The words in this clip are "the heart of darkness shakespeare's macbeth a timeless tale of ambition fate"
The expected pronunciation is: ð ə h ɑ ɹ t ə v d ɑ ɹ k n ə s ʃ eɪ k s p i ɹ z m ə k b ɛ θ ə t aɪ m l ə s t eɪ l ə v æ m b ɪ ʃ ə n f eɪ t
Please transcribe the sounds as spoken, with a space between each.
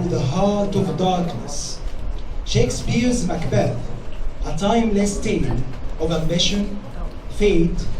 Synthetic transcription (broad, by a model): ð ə h ɑ ɹ t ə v d ɑ ɹ k n ə s ʃ eɪ k s p i ɹ z m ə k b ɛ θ ə t aɪ m l ə s t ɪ n ə v æ m b ɪ ʃ ə n f eɪ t